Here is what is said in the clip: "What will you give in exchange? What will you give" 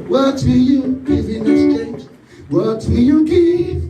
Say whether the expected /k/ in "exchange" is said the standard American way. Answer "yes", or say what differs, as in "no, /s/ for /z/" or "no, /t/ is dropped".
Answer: no, /k/ is dropped